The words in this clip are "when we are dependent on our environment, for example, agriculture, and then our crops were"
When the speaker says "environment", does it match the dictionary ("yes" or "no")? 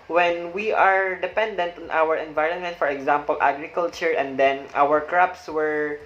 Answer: yes